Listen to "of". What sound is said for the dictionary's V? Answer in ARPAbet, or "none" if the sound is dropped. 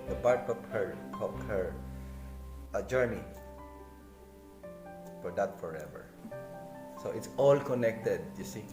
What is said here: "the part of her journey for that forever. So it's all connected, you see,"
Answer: P